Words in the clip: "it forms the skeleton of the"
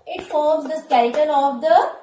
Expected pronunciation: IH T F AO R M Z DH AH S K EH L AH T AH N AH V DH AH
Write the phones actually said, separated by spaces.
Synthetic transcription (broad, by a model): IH T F AO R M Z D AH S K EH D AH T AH L AH V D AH